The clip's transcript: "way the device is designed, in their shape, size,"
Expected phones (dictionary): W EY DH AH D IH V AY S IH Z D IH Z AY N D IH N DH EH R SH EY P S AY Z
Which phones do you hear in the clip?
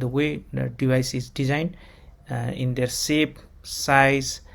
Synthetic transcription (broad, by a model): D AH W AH D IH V AY S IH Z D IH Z AY N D IH N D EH R S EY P S AY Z